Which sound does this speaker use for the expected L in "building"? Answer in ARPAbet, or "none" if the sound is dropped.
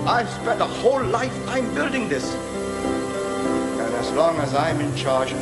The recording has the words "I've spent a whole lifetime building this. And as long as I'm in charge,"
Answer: L